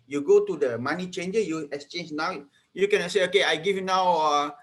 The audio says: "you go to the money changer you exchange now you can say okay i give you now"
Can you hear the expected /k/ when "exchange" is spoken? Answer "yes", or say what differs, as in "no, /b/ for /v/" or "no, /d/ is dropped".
yes